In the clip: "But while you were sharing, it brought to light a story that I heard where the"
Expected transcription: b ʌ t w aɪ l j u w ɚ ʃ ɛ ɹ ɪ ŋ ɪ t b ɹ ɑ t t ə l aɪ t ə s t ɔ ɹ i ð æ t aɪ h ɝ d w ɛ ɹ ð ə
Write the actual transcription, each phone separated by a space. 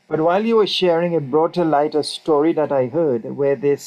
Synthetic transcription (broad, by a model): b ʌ t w aɪ l j u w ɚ ʃ ɛ ɹ ɪ ŋ ɪ t b ɹ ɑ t t ə l aɪ t ə s t ɔ ɹ i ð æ t aɪ h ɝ d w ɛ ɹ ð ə